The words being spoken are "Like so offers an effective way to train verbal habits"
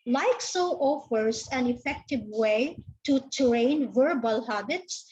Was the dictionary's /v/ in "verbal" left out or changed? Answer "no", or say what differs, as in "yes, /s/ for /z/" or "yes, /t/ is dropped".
no